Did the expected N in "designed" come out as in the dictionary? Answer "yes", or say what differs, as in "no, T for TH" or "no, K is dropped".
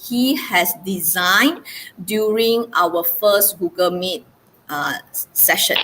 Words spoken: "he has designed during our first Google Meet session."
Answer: yes